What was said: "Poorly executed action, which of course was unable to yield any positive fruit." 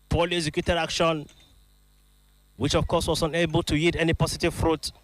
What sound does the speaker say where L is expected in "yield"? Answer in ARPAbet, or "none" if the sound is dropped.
none